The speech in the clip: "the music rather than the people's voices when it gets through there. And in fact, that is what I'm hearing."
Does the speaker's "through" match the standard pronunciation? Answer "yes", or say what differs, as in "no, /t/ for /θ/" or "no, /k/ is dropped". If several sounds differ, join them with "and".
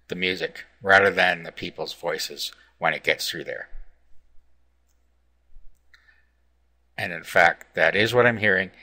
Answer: yes